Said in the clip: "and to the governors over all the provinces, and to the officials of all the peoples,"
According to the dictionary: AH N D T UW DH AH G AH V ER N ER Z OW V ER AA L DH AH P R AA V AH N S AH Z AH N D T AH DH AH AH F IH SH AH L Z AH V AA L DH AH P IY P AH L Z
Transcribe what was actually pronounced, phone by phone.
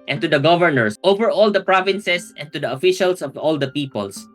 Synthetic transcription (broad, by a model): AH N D T UW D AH G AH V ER N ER S OW V ER AA L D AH P R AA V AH N S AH S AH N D T AH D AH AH F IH SH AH L S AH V AA L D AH P IY P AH L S